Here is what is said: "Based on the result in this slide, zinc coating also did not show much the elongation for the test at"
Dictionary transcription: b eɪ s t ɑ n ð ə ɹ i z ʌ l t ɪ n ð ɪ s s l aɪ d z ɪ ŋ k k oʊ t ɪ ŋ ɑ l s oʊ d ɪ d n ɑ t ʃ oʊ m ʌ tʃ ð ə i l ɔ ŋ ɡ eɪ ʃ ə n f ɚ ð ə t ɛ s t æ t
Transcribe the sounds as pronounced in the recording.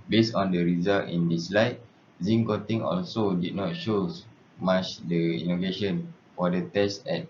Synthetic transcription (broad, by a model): b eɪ s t ɑ n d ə ɹ i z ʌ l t ɪ n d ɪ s s l aɪ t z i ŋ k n t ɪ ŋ ɑ l s oʊ d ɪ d n ɑ t ʃ oʊ m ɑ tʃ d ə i n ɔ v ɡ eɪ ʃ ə n f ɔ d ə t ɛ s t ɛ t